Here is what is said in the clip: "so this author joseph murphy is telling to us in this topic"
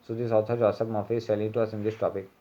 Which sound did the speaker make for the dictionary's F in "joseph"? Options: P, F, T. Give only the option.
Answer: P